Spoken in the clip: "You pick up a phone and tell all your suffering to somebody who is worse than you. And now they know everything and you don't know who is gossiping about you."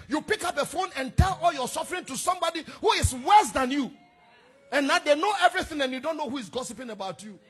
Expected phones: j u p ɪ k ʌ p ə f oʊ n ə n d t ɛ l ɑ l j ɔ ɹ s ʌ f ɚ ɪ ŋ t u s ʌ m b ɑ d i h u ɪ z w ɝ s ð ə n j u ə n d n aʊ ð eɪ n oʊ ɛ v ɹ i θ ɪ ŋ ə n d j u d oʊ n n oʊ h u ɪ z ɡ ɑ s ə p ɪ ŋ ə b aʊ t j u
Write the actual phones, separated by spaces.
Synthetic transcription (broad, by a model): j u p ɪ k ʌ p ə f oʊ n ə n t ɛ l ɑ l j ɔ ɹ s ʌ f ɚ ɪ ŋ t u s ʌ m b ɑ d i h u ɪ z w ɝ s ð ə n j u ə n n aʊ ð eɪ n oʊ ɛ v ɹ i θ ɪ ŋ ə n j u d oʊ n n oʊ h u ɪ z ɡ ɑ s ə p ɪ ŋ ə b aʊ t j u